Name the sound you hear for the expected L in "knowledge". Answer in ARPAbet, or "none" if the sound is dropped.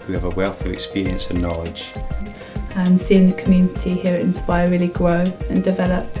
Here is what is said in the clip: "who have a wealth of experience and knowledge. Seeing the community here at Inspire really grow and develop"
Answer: none